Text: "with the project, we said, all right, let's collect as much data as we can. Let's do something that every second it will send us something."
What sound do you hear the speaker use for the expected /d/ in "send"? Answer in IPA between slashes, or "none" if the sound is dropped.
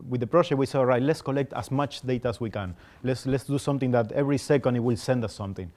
/d/